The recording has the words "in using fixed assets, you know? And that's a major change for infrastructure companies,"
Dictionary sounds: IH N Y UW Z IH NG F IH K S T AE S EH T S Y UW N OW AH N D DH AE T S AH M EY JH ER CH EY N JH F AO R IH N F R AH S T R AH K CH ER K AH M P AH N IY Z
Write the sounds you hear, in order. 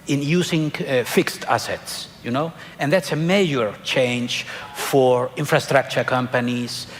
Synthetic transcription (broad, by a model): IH N Y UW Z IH NG F IH K S T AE S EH T S Y UW N OW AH N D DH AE T S AH M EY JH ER CH EY N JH F AO R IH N F R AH S T R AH K CH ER K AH M P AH N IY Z